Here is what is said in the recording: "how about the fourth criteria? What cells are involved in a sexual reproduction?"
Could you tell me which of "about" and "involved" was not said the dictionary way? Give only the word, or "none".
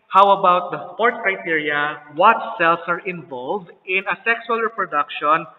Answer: none